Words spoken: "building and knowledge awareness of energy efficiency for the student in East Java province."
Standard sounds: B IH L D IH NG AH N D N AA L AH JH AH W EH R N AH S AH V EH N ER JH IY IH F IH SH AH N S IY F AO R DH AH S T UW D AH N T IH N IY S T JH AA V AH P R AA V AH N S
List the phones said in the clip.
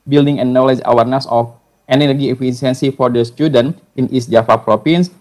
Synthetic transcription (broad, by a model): B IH L D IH NG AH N N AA L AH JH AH W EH R N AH S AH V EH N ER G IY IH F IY S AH N S IY F AO R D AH S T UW D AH N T IH N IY S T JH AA F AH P R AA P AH N S